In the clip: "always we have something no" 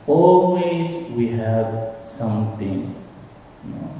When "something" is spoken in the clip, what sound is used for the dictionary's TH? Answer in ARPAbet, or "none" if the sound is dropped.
T